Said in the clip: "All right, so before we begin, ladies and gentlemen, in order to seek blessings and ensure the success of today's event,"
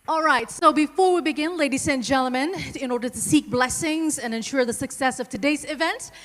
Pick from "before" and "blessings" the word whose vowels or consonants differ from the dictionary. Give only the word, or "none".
none